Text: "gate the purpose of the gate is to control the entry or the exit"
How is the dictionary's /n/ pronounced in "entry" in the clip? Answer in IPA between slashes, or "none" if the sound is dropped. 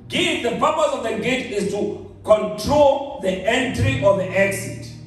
/n/